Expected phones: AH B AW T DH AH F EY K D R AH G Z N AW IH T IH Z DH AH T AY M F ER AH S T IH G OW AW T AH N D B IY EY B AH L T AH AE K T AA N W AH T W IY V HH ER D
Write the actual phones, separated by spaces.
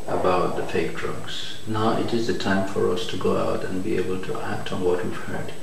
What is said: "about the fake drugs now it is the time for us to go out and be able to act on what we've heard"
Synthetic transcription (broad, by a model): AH B AW T DH AH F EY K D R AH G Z N AW IH T IH Z DH AH T AY M F ER AH S T IH G OW AW T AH N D B IY EY B AH L T AH AE K T N W AH T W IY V HH ER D